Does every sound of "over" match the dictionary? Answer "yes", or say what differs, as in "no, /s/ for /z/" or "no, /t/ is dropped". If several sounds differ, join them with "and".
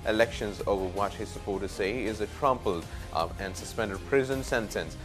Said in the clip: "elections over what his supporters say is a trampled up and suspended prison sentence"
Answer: yes